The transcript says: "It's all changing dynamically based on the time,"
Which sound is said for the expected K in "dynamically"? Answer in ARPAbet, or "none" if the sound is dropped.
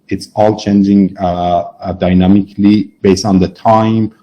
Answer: K